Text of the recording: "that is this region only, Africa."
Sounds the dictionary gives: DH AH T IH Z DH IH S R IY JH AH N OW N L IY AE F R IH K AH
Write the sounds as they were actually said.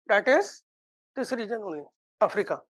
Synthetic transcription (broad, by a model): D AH T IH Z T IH S R IY JH AH N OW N IY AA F R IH K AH